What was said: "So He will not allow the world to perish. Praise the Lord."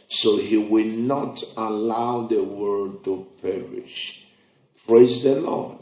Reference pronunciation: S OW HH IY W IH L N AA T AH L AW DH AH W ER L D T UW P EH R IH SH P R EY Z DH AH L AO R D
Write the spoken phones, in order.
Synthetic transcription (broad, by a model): S OW HH IY W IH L N AA T AH L AW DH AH W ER D T UW P EH R IH SH P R EY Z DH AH L AO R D